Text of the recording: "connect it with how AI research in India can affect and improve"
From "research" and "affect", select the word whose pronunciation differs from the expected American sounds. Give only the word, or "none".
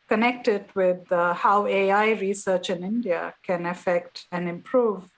none